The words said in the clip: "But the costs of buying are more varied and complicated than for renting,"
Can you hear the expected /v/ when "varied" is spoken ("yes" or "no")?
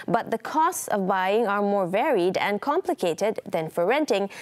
yes